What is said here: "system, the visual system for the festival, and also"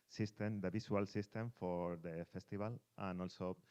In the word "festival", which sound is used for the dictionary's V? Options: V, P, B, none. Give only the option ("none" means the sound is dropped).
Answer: B